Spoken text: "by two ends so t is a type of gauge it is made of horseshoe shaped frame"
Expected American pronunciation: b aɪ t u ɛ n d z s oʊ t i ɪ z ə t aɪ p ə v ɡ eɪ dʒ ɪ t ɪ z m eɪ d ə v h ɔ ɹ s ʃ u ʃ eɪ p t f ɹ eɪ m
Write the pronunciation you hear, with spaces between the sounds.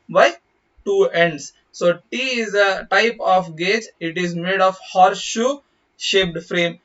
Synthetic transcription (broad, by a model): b aɪ t u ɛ n d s s oʊ t i ɪ z ə t aɪ p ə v ɡ eɪ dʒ ɪ t ɪ z m eɪ d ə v h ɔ ɹ ʃ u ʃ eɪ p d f ɹ eɪ m